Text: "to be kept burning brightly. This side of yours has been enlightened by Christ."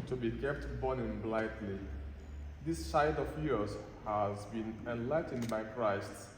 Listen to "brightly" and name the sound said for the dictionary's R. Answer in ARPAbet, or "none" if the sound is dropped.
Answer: L